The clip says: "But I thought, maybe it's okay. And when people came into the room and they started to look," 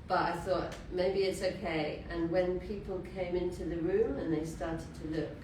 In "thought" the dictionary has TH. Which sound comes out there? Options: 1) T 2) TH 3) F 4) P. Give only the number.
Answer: 2